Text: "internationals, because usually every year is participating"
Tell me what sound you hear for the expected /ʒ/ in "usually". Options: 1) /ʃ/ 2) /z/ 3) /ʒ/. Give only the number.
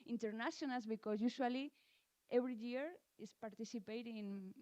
1